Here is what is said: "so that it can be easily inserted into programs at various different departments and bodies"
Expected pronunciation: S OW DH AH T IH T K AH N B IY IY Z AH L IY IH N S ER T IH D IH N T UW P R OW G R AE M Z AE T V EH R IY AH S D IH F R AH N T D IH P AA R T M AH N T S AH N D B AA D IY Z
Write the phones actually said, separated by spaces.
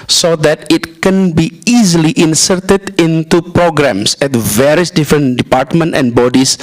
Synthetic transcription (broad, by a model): S OW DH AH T IH T K AH N B IY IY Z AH L IY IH N S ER T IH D IH N T UW P R OW G R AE M S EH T V EH R IY AH S D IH F R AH N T D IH P AA R T M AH N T AH N B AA D IY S